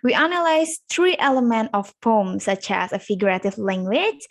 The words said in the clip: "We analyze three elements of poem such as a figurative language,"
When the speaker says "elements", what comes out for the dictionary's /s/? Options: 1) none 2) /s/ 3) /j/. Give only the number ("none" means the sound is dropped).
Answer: 1